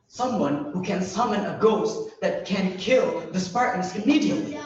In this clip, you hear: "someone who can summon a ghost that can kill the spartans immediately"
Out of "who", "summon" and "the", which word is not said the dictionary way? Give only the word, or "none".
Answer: none